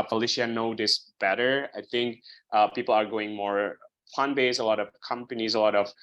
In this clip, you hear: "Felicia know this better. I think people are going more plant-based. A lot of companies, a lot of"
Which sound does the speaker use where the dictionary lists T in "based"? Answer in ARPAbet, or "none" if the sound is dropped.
none